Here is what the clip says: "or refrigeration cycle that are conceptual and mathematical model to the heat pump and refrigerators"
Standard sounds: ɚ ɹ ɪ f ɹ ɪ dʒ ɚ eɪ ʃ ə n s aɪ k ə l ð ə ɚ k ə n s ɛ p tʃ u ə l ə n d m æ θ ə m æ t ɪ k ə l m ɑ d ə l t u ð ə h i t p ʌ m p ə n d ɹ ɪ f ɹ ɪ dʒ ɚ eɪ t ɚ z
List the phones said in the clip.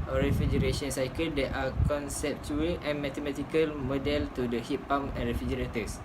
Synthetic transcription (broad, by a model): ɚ ɹ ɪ f ɹ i dʒ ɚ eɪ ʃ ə n s aɪ k ə l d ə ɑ k ə n s ɛ p tʃ u ə l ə n m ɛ t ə m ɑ t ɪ k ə l m ɑ d ə l t u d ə h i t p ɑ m ə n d ɹ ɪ f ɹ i dʒ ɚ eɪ t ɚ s